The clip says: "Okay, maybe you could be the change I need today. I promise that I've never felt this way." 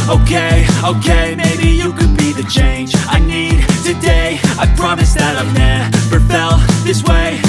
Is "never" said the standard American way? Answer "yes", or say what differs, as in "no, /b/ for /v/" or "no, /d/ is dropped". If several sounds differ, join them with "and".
no, /p/ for /v/